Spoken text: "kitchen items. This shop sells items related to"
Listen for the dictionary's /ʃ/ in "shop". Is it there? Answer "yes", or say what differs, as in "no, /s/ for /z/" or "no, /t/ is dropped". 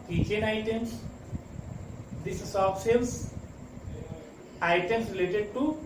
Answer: no, /s/ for /ʃ/